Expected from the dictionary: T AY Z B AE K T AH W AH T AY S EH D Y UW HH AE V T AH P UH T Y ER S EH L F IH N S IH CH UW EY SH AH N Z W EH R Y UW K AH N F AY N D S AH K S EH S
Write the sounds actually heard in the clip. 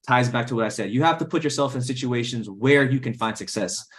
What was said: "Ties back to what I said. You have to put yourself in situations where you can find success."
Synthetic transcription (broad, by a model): T AY Z B AE K T AH W AH T AY S EH D Y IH HH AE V T AH P UH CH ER S EH L F IH N S IH CH UW EY SH AH N Z W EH R Y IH K AH N F AY N D S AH K S EH S